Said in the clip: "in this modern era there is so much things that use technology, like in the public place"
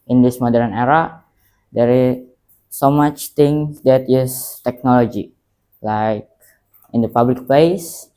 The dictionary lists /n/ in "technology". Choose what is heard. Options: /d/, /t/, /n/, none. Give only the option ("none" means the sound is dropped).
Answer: /n/